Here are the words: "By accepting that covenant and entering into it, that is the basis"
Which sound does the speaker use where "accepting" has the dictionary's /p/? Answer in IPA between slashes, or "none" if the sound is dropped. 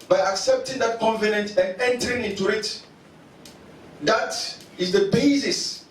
/p/